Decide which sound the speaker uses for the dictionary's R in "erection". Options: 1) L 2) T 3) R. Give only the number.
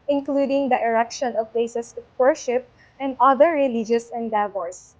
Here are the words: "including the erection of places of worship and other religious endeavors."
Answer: 3